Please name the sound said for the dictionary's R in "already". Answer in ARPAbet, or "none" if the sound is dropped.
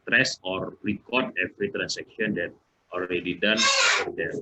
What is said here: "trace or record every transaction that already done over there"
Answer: L